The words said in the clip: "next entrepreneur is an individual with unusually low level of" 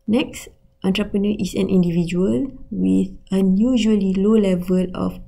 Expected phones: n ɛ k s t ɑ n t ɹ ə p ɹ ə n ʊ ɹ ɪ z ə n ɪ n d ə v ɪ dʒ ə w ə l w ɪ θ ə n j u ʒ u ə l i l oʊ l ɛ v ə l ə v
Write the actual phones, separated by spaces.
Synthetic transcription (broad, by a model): n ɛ k s t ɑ n t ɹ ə p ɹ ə n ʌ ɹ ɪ s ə n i n d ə v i dʒ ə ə l w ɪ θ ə n j u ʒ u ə l i l oʊ l ɛ v ə l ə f